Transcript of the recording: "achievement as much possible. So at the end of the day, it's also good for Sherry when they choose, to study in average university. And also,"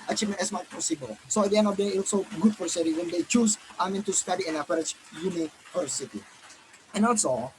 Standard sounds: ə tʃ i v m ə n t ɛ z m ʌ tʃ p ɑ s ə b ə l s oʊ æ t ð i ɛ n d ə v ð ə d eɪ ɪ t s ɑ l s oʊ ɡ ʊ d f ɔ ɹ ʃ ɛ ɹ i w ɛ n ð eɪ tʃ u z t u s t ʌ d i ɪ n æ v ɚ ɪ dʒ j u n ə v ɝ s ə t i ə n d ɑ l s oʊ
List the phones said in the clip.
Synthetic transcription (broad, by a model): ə tʃ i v m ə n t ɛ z m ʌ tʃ p ɑ s ə b ə l s oʊ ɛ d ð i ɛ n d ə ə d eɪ ɑ l s oʊ ɡ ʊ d f ɔ ɹ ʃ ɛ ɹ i w ɛ n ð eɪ tʃ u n t u s t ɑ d i ɪ n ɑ p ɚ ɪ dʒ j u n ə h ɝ s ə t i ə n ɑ l s oʊ